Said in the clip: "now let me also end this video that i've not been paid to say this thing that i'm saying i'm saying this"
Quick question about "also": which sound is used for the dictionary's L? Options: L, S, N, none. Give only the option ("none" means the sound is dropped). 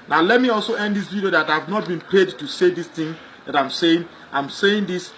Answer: L